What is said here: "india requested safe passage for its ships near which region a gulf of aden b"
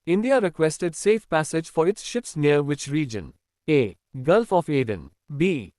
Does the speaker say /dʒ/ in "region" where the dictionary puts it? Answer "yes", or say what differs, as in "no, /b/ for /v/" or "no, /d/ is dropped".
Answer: yes